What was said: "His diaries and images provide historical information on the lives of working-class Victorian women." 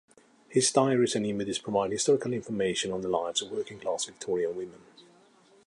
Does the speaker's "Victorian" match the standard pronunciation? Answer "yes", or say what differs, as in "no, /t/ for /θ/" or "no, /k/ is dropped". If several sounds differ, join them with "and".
no, /l/ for /n/